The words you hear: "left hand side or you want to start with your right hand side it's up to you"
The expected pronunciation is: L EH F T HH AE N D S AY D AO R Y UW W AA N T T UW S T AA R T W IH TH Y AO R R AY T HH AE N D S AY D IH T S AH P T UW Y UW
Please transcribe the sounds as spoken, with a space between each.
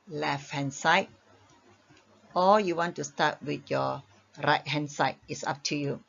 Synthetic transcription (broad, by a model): L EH F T HH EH N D S AY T AO L Y UW W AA N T T UW S T AA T W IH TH Y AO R R AY T HH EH N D S AY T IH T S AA P T UW Y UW